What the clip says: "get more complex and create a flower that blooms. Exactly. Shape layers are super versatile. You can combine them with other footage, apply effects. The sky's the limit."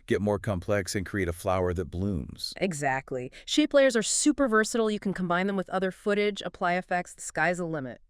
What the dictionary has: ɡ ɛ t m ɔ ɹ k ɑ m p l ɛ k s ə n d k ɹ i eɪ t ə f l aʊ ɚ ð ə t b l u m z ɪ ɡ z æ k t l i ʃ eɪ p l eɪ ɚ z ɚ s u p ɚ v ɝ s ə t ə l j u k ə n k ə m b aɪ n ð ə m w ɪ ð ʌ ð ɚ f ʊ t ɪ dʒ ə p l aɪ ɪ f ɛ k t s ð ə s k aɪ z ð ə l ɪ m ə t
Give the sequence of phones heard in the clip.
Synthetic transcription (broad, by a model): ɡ ɛ t m ɔ ɹ k ɑ m p l ɛ k s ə n k ɹ i eɪ t ə f l aʊ ɚ ð ə t b l u m z ɪ ɡ z æ k t l i ʃ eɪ p l eɪ ɚ z ɚ s u p ɚ v ɝ s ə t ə l j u k n k ə m b aɪ n ð ə m w ɪ ð ʌ ð ɚ f ʊ t ɪ dʒ ə p l aɪ ɪ f ɛ k t s s k aɪ z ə l ɪ m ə t